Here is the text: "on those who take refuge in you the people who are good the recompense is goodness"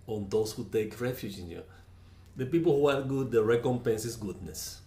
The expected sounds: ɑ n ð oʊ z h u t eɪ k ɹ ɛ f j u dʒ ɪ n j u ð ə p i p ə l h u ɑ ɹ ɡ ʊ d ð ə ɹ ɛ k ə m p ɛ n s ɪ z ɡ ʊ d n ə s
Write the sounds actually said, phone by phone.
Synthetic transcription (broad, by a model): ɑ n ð oʊ s h u t eɪ k ɹ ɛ f j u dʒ ɪ n j u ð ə p i p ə l h u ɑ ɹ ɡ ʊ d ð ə ɹ ɛ k ə m p ɛ n s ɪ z ɡ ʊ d n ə s